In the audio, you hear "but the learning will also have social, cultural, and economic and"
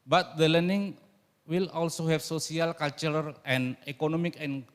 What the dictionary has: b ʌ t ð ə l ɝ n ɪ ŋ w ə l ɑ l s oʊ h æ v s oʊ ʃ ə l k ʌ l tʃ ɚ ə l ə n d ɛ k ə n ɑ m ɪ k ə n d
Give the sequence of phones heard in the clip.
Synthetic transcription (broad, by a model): b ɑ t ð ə l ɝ n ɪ ŋ w ə l ɑ l s oʊ h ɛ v s oʊ s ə l k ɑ l tʃ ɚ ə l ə n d ɛ k ə n ɑ m ɪ k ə n